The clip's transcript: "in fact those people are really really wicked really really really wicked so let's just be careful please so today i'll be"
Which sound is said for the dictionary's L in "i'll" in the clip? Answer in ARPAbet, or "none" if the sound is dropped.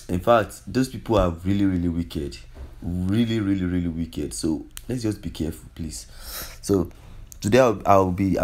W